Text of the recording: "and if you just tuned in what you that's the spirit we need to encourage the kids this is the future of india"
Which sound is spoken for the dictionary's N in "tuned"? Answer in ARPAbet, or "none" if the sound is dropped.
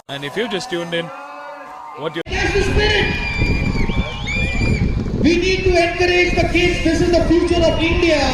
N